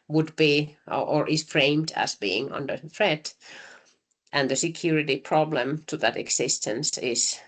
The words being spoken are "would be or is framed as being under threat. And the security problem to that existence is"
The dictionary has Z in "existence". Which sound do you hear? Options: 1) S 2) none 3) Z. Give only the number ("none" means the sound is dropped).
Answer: 1